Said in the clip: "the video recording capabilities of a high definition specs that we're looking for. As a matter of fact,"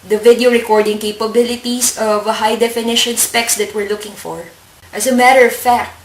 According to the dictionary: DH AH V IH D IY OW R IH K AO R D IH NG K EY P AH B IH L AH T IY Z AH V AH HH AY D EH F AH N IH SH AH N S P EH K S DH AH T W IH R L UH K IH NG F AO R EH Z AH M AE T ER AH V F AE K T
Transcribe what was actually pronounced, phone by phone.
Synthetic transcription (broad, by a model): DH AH V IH D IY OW R IH K AO R D IH NG K EY P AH B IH L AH T IY S AH V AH HH AY D EH F AH N IH SH AH N S P EH K S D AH T W IH R L UH K IH NG F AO R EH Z AH M AE T ER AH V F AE K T